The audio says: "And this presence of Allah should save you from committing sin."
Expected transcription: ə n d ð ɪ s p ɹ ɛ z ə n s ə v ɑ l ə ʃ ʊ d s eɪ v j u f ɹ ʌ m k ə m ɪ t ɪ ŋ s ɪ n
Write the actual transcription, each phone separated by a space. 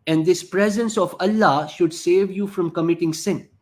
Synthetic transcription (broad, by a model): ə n d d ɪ s p ɹ ɛ z ə n s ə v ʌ l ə ʃ ʊ d s eɪ v j u f ɹ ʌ m k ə m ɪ t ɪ ŋ s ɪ n